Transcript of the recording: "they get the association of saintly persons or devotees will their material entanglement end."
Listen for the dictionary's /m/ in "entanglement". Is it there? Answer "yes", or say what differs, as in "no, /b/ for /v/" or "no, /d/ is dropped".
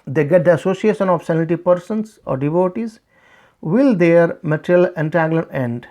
no, /m/ is dropped